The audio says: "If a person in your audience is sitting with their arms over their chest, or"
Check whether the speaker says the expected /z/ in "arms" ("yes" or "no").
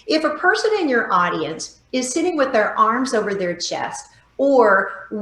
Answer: yes